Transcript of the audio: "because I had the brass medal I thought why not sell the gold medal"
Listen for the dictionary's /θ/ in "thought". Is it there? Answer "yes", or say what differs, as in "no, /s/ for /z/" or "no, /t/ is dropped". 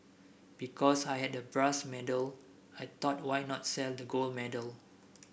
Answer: no, /t/ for /θ/